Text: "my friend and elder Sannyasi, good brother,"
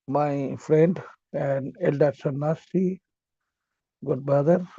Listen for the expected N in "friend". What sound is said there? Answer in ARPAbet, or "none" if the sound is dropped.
N